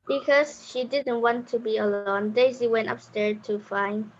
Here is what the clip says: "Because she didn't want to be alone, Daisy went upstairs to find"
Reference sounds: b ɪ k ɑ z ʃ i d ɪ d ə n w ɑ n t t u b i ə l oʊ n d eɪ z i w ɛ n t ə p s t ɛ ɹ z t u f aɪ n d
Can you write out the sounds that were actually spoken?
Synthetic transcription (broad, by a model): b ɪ k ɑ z ʃ i d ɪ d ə n w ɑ n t t u b i ə l oʊ n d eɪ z i w ɛ n t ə p s t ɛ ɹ t u f aɪ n